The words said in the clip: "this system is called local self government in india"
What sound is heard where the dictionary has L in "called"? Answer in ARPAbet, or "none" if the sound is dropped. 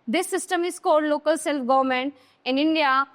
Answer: none